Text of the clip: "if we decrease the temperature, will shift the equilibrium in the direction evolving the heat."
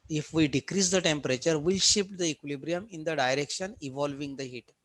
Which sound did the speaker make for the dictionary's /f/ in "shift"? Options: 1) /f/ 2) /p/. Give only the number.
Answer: 2